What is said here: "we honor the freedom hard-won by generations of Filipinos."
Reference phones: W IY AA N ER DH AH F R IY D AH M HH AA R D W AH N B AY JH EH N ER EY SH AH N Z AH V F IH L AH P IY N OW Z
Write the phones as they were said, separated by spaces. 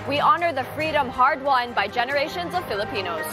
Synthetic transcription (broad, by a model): W IY AA N ER DH AH F R IY D AH M HH AA R D W AH N B AY JH EH N ER EY SH AH N Z AH V F IH L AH P IY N OW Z